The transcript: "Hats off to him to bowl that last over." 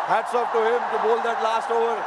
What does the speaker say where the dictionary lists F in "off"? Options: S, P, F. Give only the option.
P